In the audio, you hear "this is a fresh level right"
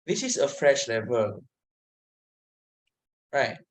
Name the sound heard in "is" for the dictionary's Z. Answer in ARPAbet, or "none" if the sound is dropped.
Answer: S